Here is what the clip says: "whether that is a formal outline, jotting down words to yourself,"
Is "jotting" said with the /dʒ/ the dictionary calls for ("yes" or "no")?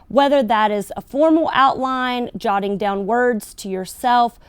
yes